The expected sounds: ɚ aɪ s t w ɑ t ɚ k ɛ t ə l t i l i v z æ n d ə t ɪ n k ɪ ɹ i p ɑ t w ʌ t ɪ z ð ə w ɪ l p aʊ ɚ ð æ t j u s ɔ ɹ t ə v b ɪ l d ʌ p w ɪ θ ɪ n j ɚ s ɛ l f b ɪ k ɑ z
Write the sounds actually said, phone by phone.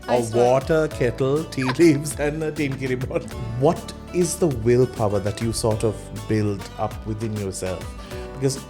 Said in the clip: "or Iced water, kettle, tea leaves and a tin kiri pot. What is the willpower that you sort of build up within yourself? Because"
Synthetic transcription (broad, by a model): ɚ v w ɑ t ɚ k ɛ t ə l t i l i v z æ n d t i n k ɪ ɹ i b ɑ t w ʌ t ɪ z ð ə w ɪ l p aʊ ɚ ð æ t j u s ɔ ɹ t ə v b ɪ l d ʌ p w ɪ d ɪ n j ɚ s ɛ l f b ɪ k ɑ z